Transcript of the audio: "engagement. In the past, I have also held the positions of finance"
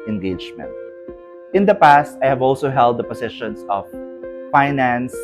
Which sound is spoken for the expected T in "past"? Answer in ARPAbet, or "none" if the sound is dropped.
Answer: T